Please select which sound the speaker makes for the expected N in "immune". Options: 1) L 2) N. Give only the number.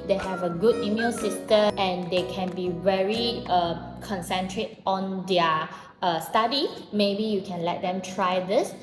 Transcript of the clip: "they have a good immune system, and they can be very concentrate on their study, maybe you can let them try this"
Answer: 1